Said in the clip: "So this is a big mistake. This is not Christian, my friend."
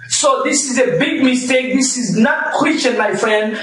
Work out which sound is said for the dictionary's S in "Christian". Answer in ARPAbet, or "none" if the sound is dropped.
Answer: none